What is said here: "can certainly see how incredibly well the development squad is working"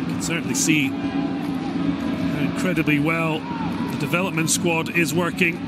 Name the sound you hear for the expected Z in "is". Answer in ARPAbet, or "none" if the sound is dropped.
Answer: Z